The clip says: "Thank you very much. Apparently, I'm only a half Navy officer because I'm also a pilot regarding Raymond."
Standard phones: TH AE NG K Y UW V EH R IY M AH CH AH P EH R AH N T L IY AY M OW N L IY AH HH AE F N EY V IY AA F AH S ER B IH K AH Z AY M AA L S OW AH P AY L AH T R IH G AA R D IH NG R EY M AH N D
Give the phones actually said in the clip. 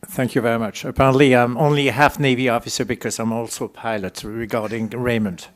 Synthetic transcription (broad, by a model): TH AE NG K Y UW V EH R IY M AH CH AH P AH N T L IY AY M OW N L IY AH HH AE F N EY V IY AA F AH S ER B IH K AH Z AY M AA L S OW AH P AY L AH T R IH G AA R D IH NG R EY M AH N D